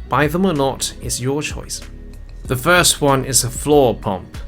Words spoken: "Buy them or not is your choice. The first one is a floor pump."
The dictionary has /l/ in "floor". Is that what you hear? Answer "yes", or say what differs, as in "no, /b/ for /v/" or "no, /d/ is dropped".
yes